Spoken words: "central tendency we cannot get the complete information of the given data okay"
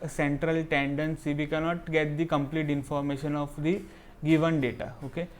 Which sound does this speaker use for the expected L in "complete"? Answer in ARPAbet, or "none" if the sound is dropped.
L